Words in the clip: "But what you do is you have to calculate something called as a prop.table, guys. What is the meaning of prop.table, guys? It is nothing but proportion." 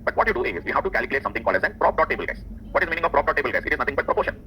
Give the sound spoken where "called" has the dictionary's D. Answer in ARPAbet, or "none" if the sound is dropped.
none